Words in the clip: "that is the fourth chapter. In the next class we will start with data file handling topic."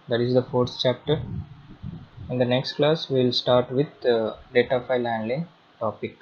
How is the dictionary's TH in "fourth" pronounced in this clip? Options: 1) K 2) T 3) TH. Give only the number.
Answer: 2